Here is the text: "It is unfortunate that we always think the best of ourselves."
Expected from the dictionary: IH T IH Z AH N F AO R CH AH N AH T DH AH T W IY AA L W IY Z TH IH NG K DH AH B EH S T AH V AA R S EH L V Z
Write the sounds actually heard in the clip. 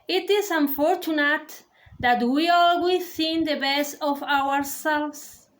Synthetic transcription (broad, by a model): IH T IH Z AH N F AO R CH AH N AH T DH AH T W IY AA L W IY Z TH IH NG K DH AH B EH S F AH W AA R S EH L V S